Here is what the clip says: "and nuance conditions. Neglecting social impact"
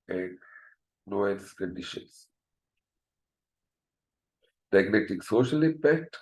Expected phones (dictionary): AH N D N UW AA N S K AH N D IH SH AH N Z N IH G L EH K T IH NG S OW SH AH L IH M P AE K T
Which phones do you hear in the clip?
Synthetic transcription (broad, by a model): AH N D N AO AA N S K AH N D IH SH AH N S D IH G N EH T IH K S OW SH AH L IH M P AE K T